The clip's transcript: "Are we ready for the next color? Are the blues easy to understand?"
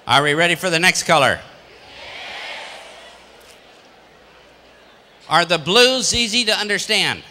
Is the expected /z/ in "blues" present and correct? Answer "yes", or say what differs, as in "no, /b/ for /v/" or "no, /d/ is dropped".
yes